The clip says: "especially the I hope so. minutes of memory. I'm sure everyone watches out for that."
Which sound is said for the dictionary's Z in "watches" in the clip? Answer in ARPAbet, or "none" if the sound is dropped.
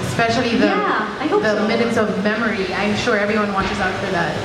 Z